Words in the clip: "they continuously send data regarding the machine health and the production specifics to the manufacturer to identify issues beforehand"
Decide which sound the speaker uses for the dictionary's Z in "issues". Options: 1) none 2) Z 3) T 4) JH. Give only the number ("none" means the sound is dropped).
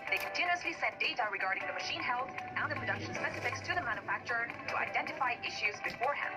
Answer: 2